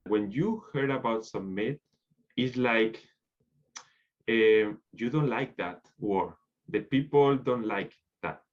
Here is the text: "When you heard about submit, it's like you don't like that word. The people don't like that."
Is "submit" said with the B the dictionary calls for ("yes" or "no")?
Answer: no